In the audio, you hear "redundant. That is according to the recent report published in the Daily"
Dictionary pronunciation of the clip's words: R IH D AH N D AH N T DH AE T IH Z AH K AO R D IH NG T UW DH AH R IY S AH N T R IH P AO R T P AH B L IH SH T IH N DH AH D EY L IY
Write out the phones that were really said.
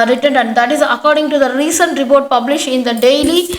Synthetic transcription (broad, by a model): R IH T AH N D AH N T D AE T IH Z AH K AO R D IH NG T UW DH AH R IY S AH N T R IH P AO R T P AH B L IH SH IH N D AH D EY L IY